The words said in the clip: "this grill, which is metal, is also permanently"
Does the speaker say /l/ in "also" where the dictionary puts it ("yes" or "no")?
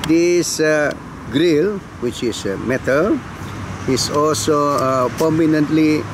yes